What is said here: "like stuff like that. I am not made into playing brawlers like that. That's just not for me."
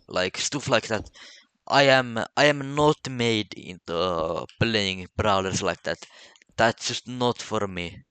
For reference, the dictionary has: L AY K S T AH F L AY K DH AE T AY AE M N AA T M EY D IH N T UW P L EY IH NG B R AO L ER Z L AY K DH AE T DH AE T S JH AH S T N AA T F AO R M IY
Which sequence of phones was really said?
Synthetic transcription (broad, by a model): L AY K S T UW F L AY K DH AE T AY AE M N AA T M EY D IH N T UW B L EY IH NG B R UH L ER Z L AY K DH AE T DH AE T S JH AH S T N AA T F AO R M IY